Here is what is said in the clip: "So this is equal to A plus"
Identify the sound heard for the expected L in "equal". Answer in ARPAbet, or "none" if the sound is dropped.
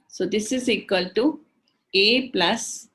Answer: L